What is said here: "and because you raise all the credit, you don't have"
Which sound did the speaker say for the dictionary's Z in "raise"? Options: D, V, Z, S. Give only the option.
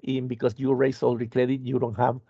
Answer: S